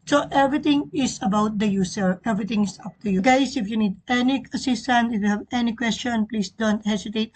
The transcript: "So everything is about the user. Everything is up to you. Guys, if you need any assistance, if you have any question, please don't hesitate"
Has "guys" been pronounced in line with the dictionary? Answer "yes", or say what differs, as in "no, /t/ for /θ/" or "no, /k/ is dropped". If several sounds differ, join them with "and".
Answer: no, /s/ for /z/